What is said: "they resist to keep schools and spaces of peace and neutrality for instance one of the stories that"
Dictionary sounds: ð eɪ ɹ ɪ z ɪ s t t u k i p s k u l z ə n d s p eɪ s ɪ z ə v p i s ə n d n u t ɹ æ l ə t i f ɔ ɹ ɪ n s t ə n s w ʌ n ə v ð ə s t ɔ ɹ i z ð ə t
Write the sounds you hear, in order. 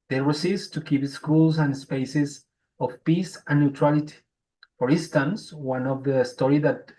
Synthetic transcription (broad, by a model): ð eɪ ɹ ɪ s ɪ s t t u k i p s k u l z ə n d s p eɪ s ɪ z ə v p i s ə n n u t ɹ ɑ l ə t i f ɔ ɹ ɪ n s t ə n s w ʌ n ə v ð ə s t ɔ ɹ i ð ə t